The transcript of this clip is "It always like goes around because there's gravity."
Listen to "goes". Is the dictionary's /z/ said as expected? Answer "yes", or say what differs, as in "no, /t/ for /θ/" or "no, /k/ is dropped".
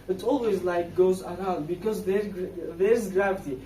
yes